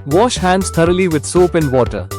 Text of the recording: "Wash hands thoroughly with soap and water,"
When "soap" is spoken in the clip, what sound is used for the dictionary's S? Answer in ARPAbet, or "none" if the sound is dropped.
S